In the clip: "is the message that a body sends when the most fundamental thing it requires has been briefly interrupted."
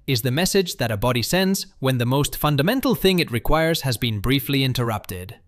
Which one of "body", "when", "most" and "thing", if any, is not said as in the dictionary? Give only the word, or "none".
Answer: none